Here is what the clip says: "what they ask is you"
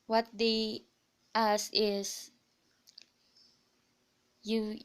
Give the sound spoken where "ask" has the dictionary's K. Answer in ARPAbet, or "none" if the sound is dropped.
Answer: none